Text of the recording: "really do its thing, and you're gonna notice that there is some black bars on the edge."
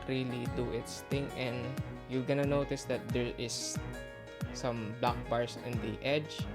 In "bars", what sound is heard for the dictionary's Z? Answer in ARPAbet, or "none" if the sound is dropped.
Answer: S